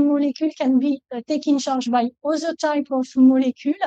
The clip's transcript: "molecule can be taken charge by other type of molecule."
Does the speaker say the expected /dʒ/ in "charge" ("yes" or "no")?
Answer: no